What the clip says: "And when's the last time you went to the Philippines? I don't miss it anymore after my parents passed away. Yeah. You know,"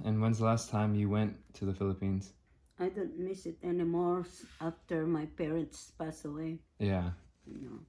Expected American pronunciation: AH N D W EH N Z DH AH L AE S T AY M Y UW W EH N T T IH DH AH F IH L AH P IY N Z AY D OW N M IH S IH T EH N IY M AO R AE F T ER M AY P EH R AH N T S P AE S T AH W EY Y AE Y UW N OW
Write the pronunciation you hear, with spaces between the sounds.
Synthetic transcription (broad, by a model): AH N W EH N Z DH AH L AE S T AY M Y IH W EH N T T IH DH AH F IH L AH P IY N Z AY D OW N M IH S IH T EH N IY M AO R AE F T ER M AY P EH R AH N T S P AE S AH W EY Y AE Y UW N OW